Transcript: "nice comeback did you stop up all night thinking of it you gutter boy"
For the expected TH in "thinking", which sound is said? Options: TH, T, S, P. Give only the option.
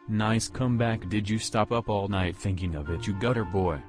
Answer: TH